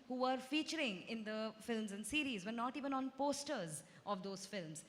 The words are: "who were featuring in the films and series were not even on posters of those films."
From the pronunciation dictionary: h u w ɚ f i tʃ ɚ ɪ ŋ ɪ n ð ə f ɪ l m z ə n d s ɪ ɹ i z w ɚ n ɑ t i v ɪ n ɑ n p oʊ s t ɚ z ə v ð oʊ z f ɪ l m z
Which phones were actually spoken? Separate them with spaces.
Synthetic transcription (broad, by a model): h u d f i tʃ ɚ ɪ ŋ ɪ n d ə f ɪ l m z ə n d s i ɹ i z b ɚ n ɑ t i v ɪ n ɑ n p oʊ s t ɚ z ə v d oʊ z f ɪ l m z